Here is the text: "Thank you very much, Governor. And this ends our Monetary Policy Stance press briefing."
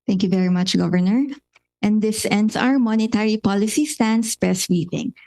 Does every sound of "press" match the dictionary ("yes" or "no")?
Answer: no